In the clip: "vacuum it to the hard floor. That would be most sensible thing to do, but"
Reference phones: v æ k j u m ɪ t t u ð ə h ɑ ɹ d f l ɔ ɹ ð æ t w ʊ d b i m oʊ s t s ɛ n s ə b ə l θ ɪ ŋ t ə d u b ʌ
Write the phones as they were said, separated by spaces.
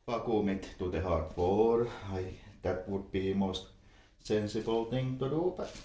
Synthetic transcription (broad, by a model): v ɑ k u m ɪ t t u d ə h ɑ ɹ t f ɔ ɹ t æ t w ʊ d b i m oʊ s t s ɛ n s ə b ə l t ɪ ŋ t ə d u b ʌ